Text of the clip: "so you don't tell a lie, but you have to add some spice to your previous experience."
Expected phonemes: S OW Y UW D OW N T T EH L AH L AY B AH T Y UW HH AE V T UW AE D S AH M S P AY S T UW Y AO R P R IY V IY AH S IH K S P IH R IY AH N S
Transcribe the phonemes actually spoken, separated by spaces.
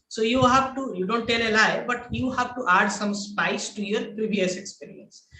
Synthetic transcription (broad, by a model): S OW Y UW D OW N T T EH L AH L AY B AH T Y UW HH AE V T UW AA D S AH M S P AY S T UW Y AO R P R IY V IY AH S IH K S P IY R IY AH N S